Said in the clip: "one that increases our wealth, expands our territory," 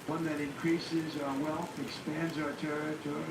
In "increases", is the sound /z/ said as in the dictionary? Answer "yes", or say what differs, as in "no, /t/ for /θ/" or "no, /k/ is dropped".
yes